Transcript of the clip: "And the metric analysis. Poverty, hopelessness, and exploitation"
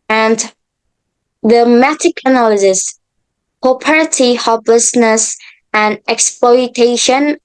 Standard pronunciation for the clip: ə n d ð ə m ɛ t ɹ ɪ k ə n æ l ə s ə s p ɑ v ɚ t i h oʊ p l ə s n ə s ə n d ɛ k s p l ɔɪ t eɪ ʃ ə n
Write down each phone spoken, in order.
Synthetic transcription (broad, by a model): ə n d ð ə m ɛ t ɪ k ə n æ l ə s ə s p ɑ p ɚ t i h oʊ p l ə s n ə s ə n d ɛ k s p l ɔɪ t eɪ ʃ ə n